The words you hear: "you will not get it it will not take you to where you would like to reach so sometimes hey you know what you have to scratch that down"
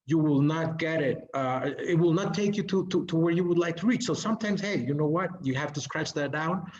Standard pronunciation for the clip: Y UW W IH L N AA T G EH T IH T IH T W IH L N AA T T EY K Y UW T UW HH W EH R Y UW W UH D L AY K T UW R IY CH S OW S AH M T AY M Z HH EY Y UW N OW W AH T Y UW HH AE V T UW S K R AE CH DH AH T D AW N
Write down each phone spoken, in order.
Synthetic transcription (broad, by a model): Y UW W IH L N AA T G EH T IH T IH T W IH L N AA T T EY K Y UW T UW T W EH R Y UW W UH D L AY K T UW R IY CH S OW S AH M T AY M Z HH EY Y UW N OW W AH T Y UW HH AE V T UW S K R AE CH DH AH T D AW N